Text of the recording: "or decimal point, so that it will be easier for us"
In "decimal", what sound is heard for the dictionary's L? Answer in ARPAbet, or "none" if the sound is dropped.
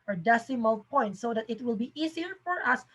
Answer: L